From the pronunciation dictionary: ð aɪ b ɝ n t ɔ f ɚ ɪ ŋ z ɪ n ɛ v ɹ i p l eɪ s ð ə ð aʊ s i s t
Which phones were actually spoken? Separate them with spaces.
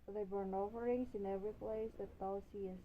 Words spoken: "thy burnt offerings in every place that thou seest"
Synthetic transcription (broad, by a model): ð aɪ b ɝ n ɔ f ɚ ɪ ŋ s ɪ n ɛ v ɹ i p l eɪ s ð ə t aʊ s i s